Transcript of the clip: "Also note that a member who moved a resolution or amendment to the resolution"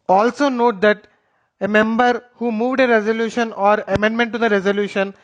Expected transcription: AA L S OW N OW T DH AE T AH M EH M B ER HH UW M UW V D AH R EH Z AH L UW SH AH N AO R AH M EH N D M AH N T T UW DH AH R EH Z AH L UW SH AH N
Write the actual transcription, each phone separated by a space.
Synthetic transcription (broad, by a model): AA L S OW N OW T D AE T AH M EH M B ER HH UW M UW V D AH R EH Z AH L UW SH AH N AO R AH M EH N D M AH N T T UW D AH R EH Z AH L UW SH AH N